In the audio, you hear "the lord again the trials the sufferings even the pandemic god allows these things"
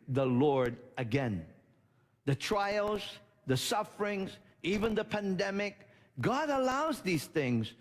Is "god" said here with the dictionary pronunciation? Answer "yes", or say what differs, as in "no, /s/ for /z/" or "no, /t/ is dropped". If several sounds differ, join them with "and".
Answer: yes